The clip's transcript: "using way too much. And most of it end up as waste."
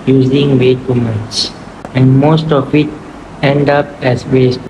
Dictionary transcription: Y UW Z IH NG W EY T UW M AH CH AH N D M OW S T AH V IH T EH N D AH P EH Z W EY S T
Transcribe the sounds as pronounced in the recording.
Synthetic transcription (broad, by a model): Y UW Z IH NG W EY T UW M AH S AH N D M OW S T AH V IH T EH N D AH P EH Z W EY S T